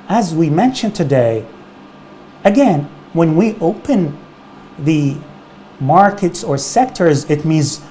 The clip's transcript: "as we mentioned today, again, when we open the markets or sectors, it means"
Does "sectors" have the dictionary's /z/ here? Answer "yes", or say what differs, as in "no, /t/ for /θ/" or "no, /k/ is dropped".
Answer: yes